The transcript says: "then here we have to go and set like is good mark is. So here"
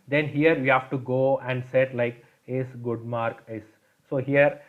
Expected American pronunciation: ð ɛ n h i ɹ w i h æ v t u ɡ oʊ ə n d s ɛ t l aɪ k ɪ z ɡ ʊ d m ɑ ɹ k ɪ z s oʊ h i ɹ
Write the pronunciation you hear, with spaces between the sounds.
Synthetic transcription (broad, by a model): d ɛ n h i ɹ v i h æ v t u ɡ oʊ ə n d s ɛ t l aɪ k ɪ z ɡ ʊ d m ɑ ɹ k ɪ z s oʊ h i ɹ